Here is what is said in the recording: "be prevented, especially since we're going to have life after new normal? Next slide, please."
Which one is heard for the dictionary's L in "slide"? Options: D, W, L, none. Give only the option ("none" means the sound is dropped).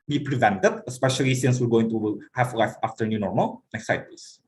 none